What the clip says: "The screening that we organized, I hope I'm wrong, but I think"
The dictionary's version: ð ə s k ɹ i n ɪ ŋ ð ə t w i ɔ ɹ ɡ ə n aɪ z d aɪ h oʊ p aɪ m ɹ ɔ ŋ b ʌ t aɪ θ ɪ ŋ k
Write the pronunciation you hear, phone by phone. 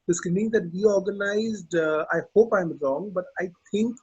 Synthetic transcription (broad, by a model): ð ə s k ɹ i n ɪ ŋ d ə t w i ɔ ɹ ɡ ə n aɪ z d aɪ h oʊ p aɪ m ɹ ɔ ŋ b ʌ t aɪ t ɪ ŋ k